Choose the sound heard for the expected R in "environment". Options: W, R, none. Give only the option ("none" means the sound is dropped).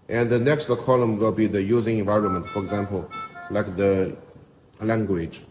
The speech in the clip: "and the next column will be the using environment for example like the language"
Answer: R